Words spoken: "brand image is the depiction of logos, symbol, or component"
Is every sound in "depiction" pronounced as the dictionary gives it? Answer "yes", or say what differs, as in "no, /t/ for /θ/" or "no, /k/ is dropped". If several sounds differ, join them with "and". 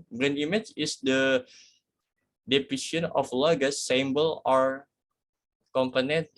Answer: no, /k/ is dropped